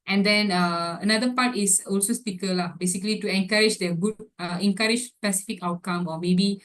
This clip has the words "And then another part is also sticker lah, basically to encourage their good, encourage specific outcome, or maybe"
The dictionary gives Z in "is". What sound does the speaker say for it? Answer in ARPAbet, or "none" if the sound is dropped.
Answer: S